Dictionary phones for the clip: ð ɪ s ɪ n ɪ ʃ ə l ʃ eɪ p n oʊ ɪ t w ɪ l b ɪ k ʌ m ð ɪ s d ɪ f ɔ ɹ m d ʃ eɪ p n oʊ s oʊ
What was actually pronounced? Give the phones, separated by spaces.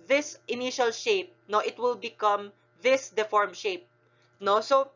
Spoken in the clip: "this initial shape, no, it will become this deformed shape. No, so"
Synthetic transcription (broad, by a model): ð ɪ s ɪ n ɪ ʃ ə l ʃ eɪ p n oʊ ɪ t w ɪ l b ɪ k ʌ m ð ɪ s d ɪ f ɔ ɹ m ʃ eɪ p n oʊ s oʊ